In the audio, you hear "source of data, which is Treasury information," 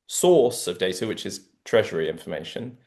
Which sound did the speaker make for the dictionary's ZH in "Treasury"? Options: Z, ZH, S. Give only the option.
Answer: ZH